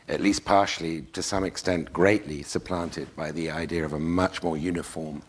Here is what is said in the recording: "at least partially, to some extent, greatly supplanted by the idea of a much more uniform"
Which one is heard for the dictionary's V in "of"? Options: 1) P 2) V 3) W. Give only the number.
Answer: 2